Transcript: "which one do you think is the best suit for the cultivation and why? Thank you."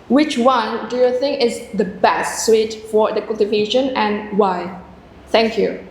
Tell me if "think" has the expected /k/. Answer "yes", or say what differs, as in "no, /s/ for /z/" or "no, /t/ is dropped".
yes